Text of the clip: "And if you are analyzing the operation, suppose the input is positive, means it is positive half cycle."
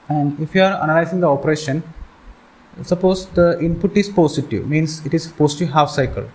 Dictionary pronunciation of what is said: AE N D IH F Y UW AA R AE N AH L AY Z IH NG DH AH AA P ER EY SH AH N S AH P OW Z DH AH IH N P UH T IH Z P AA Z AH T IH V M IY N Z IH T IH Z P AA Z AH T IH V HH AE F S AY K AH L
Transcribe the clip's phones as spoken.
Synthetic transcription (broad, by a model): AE N D IH F Y UW AA R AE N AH L AY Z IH NG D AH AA P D EY SH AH N S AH P OW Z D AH IH N P UH T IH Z P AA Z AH T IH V M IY N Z IH T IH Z P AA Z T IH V HH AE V S AY K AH L